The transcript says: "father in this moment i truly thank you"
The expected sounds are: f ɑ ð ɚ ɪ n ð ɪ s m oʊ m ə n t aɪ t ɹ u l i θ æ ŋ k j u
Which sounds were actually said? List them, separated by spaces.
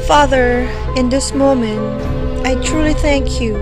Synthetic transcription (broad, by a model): f ɑ ð ɚ ɪ n ð ɪ s m oʊ m ə n t aɪ t ɹ u l i θ æ ŋ k j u